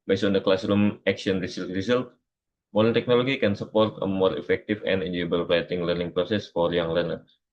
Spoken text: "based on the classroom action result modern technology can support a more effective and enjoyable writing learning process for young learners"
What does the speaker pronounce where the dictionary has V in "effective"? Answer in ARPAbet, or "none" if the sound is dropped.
F